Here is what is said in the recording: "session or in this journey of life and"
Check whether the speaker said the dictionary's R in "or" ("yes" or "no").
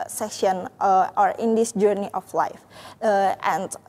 yes